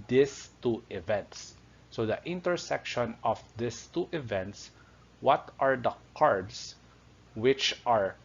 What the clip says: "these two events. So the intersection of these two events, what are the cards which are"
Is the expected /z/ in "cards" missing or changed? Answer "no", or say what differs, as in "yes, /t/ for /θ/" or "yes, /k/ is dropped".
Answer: yes, /s/ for /z/